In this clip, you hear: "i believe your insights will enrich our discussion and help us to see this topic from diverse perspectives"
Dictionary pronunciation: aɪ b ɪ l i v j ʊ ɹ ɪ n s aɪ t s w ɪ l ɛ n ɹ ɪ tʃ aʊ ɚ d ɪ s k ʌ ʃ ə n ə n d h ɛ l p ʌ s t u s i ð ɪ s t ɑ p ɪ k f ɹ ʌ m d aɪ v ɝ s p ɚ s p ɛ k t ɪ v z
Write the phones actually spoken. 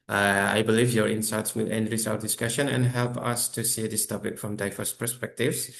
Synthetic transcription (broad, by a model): aɪ b ɪ l i v j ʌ ɹ ɪ n s aɪ t s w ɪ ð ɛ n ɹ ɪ s aʊ ɚ d ɪ s k ʌ ʃ ə n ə n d h ɛ l p ʌ s t u s i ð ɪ s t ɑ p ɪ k f ɹ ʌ m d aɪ f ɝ s p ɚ s p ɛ k t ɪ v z